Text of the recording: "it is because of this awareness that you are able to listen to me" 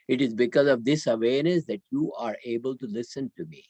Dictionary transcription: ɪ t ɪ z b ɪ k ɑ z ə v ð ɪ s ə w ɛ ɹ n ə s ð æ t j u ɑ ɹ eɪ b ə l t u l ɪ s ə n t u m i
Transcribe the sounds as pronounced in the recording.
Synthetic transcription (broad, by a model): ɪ t ɪ z b ɪ k ɑ z ə v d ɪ s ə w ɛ ɹ n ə s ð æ t j u ɑ ɹ eɪ b ə l t u l ɪ s ə n t u m i